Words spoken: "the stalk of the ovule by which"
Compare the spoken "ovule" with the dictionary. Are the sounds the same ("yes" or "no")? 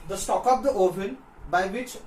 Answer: no